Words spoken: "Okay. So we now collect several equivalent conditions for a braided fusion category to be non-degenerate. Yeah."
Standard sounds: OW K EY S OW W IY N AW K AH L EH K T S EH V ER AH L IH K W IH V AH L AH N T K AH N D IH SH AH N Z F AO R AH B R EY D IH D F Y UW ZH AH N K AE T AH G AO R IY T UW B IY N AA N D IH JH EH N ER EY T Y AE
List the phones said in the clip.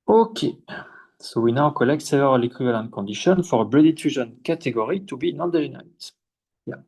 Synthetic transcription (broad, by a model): OW K EY S OW W IY N AW K AH L EH K T S EH V ER AH L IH K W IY V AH L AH N T K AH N D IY SH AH N F AO R AH B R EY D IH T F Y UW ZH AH N K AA T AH G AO R IY T UW B IY N AA N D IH ZH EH N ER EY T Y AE